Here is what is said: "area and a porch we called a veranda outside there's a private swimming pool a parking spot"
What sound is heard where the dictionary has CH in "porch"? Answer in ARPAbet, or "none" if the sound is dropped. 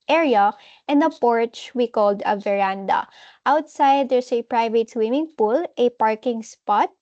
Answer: CH